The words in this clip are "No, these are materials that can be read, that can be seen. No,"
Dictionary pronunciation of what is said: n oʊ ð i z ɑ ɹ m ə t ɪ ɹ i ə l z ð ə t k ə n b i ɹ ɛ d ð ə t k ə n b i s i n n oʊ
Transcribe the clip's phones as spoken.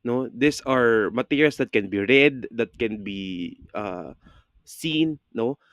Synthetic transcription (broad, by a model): n oʊ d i s ɑ ɹ m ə t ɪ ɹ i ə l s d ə t k ə n b i ɹ ɛ d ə t k ə n b i s i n n oʊ